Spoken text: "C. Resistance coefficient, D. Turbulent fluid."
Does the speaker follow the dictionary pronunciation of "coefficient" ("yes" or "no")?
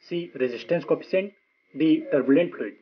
no